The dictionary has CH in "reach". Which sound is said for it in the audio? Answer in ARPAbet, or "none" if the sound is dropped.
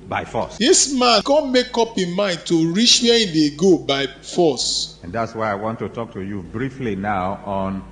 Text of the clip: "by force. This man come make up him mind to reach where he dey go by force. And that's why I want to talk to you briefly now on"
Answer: SH